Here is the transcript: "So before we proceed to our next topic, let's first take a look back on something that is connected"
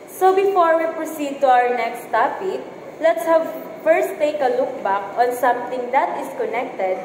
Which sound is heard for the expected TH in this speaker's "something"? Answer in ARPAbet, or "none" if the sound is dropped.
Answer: T